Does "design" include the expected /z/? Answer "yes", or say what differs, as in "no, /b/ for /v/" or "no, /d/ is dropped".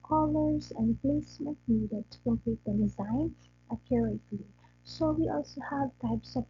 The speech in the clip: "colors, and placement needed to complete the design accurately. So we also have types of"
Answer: yes